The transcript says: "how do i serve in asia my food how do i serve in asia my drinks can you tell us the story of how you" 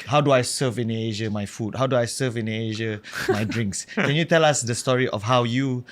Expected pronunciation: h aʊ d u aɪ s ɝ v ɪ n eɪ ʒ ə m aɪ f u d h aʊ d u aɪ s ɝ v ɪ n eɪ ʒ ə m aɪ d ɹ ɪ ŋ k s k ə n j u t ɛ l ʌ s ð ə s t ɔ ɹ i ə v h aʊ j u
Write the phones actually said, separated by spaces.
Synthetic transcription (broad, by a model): h aʊ d u aɪ s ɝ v ɪ n eɪ ʒ ə m aɪ f u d h aʊ d u aɪ s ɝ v ɪ n eɪ ʒ ə m aɪ d ɹ ɪ ŋ k s k ə n j u t ɛ l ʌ s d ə s t ɔ ɹ i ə f h aʊ j u